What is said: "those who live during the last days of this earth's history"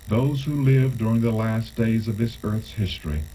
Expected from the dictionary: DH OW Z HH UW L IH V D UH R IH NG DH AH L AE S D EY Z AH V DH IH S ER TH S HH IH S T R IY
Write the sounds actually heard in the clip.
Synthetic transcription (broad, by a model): DH OW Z HH UW L IH V D UH R IH NG DH AH L AE S D EY Z AH V DH IH S ER TH S HH IH S T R IY